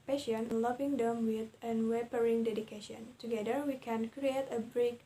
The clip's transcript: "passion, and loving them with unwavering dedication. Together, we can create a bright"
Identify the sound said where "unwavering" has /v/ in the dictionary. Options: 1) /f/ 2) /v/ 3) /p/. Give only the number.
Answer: 3